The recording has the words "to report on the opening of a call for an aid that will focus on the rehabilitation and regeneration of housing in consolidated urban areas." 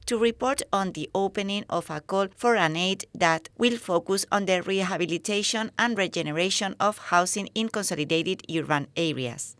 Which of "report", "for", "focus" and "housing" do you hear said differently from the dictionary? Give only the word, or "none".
housing